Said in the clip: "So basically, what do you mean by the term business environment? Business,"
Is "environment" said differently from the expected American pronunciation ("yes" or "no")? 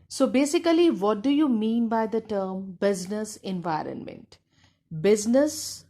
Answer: no